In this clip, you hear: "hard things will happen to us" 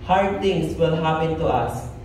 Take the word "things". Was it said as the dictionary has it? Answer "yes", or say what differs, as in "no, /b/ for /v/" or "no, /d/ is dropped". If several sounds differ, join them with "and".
no, /t/ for /θ/